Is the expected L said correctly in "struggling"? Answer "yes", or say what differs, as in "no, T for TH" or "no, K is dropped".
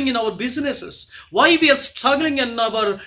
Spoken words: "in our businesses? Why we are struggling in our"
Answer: yes